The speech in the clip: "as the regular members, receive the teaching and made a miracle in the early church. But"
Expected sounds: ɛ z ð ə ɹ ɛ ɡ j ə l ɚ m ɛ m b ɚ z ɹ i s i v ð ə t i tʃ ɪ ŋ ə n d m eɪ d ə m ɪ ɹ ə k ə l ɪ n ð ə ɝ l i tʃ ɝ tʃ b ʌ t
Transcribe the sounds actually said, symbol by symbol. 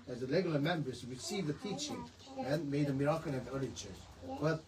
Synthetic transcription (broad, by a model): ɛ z ð ə l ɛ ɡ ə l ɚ m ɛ m b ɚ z ɹ i s i v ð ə t i tʃ ɪ ŋ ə n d m eɪ d ə m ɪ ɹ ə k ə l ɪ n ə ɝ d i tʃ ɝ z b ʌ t